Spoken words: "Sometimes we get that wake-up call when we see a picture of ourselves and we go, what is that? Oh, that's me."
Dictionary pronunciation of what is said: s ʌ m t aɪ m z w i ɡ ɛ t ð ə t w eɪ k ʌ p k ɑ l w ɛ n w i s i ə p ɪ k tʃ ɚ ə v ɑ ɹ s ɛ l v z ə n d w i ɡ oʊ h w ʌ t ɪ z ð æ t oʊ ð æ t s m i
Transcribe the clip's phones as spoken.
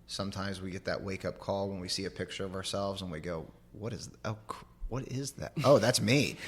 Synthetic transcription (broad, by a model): s ʌ m t aɪ m z w i ɡ ɛ t ð ə t w eɪ k ʌ p k ɑ l w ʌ n w i s i ə p ɪ k tʃ ɚ ə v ɑ ɹ s ɛ l v z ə n w i ɡ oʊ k w ʌ t ɪ z ð æ t oʊ ð æ t s m i